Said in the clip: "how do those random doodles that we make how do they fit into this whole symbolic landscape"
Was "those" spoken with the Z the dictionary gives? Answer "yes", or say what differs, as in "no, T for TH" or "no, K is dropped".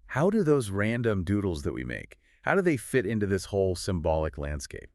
yes